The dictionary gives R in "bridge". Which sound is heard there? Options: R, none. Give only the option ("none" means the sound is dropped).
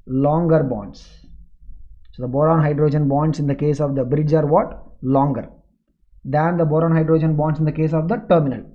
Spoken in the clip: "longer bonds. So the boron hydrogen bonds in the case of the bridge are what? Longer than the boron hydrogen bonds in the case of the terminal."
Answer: R